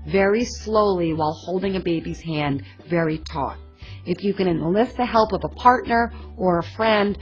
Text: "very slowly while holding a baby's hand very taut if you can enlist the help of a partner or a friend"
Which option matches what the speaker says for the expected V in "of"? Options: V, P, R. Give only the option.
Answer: V